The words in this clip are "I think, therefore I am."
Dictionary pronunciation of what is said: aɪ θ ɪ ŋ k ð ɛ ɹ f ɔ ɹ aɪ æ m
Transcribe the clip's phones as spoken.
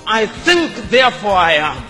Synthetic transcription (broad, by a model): aɪ θ ɪ ŋ k ð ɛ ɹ f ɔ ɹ aɪ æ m